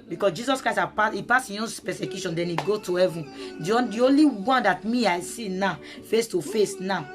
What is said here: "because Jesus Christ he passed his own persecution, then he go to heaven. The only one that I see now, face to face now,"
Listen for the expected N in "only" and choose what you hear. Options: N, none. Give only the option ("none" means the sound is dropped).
N